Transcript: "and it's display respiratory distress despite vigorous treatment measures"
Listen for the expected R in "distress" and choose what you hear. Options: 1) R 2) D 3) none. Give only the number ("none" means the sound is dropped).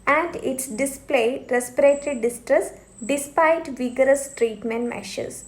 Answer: 1